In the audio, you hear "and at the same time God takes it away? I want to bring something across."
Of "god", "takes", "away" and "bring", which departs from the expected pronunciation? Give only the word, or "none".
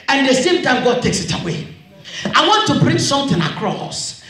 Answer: none